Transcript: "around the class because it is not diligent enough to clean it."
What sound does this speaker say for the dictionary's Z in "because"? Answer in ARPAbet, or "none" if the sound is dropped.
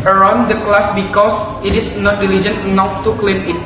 S